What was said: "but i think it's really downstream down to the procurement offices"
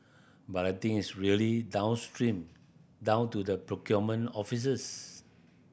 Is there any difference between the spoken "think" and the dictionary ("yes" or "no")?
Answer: yes